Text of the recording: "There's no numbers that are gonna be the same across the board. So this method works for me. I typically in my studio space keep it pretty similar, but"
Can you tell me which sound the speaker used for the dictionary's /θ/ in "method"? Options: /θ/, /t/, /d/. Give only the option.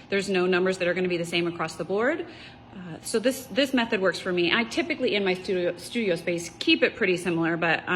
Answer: /θ/